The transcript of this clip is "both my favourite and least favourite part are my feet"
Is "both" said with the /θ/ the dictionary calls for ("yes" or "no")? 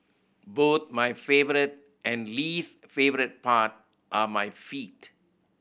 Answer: no